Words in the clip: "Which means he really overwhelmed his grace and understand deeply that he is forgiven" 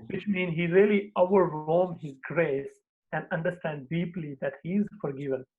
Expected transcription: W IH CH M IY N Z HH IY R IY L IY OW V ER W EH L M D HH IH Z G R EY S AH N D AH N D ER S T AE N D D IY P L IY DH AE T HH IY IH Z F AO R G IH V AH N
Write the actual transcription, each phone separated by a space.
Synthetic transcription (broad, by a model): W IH CH M IY N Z HH IY R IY L IY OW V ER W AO M HH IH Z G R EY S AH N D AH N D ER S T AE N D D IY P L IY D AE T HH IY IH Z F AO R G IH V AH N